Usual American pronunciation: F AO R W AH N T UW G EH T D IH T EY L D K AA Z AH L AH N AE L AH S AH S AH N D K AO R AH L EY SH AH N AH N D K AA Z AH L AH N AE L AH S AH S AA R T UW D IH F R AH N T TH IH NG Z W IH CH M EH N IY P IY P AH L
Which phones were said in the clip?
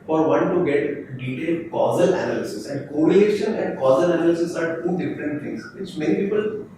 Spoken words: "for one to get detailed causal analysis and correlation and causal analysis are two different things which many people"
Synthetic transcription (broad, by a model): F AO R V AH N T UW G EH T D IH T EY L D K AA Z AH L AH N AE L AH S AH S AH N D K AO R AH EY SH AH N AH N D K AA Z AH L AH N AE L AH S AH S AA R T UW D IH F R AH N T T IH NG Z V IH CH M EH N IY P IY P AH L